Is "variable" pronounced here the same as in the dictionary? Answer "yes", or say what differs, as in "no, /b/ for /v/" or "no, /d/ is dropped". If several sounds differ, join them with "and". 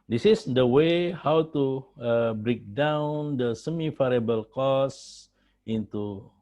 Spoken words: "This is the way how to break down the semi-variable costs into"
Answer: no, /f/ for /v/